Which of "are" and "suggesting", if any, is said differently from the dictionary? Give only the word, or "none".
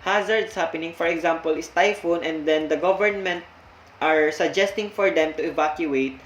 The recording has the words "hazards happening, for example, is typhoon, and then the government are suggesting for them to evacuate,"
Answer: none